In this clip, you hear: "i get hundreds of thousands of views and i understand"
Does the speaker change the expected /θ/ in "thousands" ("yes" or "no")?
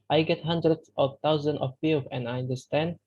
yes